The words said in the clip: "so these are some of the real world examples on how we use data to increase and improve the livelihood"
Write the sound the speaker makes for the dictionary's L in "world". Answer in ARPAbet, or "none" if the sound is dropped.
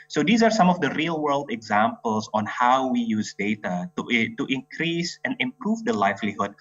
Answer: L